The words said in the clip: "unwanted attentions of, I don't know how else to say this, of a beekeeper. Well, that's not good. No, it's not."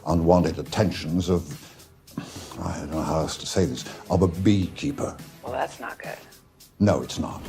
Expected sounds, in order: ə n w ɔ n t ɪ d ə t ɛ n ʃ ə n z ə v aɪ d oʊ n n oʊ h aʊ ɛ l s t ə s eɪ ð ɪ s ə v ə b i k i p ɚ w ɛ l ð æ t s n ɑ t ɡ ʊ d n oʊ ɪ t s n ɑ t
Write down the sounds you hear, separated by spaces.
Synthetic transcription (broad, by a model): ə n w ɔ n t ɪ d ə t ɛ n ʃ ə n z ə v aɪ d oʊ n n oʊ h aʊ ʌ s t ə s eɪ ð ɪ s ə v ə b i k i p ɚ w ɛ l ð æ t s n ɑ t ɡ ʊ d n oʊ ɪ t s n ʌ t